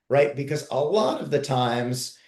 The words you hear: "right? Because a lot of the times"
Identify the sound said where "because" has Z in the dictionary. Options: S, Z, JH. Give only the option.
Z